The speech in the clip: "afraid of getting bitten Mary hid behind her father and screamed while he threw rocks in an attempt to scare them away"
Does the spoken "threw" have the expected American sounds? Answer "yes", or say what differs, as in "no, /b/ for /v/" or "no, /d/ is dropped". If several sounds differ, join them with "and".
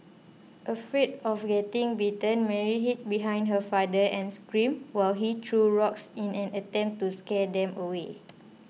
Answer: no, /t/ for /θ/